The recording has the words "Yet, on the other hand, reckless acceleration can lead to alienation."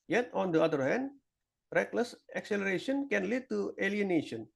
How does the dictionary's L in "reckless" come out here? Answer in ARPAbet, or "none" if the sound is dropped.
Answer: L